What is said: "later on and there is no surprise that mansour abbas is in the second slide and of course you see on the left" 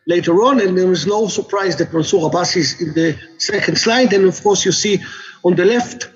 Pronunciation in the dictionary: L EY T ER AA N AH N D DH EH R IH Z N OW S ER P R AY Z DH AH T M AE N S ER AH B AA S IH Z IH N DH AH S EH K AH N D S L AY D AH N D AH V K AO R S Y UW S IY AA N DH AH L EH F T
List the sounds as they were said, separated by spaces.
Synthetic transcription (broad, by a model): L EY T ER AA N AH N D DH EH W IH Z N OW S ER P R AY Z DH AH T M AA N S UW AH B AA S IH Z IH N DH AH S EH K AH N D S L AY D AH N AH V K AO R S Y UW S IY AA N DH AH L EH F T